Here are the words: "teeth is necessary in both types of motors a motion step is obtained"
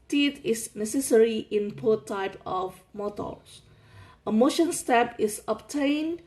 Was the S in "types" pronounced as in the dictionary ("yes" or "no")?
no